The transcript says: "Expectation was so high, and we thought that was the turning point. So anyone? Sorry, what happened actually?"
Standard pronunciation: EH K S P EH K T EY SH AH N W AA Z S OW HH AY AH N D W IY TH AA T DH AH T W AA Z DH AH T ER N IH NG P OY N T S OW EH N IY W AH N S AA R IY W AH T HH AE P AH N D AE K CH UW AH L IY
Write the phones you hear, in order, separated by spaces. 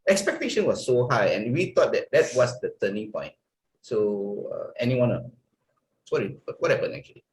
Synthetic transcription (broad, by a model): EH K S P EH K T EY SH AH N W AA S OW HH AY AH N W IY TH AA T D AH T W AA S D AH T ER N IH NG P OY N T S OW EH N IY W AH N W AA IY W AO T HH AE P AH N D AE K CH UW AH L IY